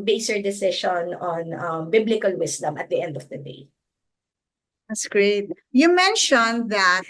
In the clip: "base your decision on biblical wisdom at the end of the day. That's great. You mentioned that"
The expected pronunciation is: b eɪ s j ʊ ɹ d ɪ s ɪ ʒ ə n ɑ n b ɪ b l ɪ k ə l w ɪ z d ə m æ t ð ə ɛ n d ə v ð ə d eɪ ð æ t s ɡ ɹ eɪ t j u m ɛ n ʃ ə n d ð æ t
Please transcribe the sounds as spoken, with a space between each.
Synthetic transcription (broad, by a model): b eɪ s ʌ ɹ d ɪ s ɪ ʃ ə n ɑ n b ɪ b l ɪ k ə l w ɪ s d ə m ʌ t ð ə ɛ n d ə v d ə d eɪ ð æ t s ɡ ɹ eɪ t j u m ɛ n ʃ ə n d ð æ t